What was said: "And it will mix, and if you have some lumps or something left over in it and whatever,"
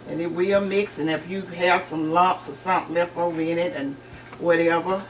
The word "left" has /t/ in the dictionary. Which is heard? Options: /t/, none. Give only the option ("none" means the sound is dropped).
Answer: none